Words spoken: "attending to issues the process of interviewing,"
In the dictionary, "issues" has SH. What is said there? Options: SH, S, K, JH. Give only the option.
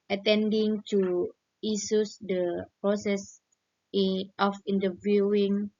S